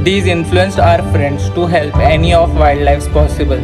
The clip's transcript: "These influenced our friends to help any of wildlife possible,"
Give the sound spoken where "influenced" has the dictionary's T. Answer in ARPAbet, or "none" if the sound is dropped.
none